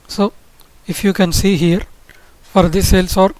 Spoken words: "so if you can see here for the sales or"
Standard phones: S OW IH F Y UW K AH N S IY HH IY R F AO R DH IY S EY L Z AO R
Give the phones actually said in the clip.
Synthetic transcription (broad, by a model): S OW IH F Y UW K AH N S IY HH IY R F AO R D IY S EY L S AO R